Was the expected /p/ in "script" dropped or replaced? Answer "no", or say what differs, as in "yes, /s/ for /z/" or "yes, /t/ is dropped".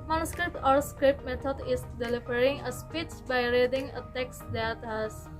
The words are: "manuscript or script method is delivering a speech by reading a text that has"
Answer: no